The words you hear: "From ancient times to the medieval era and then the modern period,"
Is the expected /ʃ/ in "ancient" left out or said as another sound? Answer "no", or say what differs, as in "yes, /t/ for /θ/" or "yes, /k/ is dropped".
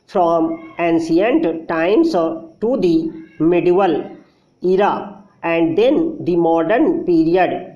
yes, /s/ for /ʃ/